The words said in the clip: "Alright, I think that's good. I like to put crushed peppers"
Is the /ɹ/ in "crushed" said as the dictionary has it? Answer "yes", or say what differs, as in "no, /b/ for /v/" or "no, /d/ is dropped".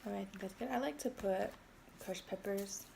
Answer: no, /ɹ/ is dropped